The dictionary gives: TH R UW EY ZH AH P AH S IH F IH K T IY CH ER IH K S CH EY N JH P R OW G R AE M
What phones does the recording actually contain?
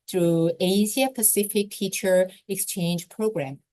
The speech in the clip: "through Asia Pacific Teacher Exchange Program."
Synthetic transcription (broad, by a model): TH R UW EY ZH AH P AH S IH F IH K T IY CH ER IH K S CH EY N JH P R OW G R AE M